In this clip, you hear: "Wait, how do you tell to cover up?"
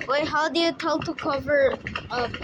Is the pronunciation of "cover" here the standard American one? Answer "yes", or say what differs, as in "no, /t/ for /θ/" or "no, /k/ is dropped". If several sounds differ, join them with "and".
yes